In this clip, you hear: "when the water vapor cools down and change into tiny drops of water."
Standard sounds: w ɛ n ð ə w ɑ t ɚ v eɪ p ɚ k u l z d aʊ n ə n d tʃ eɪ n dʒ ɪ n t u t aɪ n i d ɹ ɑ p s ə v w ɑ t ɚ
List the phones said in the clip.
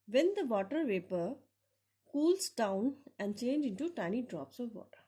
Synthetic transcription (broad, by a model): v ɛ n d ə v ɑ t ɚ v eɪ p ɚ k u l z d aʊ n ə n d tʃ eɪ n dʒ ɪ n t u t aɪ n i d ɹ ɑ p s ə v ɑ t ɚ